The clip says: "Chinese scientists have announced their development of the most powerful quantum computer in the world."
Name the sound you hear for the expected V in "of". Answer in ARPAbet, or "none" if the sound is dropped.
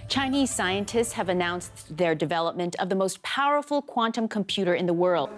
V